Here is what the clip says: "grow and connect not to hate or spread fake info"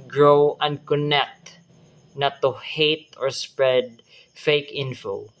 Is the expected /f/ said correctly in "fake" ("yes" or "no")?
yes